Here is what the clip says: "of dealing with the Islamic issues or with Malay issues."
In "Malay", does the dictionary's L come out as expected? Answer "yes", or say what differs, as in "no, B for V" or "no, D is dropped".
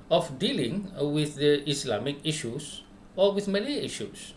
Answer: no, N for L